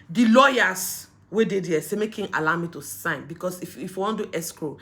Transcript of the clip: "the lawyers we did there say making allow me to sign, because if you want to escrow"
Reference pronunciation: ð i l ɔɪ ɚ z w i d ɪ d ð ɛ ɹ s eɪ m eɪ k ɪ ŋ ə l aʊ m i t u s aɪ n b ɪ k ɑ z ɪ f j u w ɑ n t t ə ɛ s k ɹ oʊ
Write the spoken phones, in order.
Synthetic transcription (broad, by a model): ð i l ɔɪ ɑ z w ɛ d ɪ d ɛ s eɪ m eɪ k ɪ ŋ ə l aʊ m i t u s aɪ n b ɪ k ɑ s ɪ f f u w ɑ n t t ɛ s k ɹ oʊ